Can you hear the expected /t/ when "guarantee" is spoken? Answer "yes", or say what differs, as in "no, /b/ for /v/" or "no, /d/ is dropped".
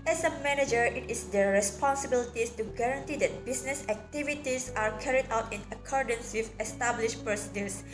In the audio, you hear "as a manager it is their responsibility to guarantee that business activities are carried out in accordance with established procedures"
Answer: yes